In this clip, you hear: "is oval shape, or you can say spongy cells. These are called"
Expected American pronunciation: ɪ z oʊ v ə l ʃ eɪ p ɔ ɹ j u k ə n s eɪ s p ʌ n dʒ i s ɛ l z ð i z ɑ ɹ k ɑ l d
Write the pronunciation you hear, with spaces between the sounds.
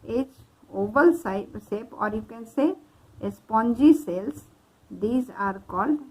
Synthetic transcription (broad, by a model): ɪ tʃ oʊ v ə l s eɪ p ɔ ɹ j u k ə n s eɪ s p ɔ n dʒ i s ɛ l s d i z ɑ ɹ k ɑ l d